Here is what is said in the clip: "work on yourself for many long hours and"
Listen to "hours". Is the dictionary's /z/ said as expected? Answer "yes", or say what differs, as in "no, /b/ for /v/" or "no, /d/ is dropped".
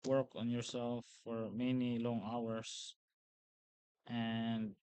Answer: no, /s/ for /z/